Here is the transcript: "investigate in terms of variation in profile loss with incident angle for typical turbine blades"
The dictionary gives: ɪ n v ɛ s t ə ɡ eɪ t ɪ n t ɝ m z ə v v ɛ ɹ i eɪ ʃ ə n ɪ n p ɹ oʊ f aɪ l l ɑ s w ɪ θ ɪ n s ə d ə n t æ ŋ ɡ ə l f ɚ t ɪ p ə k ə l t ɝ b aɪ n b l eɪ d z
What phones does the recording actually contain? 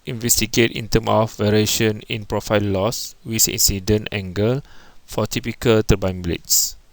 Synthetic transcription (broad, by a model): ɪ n v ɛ s t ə ɡ eɪ t ɪ n t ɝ m ə f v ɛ ɹ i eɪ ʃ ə n ɪ n p ɹ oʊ f aɪ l l ɑ s w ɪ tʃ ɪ n s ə d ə n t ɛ ŋ ɡ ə l f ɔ t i p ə k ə l t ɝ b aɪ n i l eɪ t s